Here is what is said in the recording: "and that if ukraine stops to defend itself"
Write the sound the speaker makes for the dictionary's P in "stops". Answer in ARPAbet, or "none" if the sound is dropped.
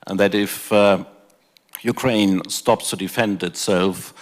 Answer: P